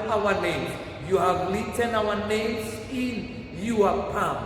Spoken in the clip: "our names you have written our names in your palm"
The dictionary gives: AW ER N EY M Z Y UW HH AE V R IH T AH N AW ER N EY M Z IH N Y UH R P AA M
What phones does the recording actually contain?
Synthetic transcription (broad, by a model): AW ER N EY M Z Y UW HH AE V L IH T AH N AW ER N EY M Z IH N Y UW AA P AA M